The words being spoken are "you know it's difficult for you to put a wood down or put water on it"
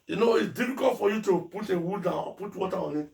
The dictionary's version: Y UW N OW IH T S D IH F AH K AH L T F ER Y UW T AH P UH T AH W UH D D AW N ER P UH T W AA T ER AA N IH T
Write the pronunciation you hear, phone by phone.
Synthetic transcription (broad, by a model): Y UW N OW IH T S D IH F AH K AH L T F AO Y UW T AH P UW T AH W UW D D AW AO P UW T W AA T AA AA N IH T